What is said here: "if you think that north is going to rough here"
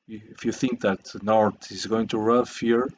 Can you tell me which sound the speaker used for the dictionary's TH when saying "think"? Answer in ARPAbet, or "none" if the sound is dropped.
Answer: TH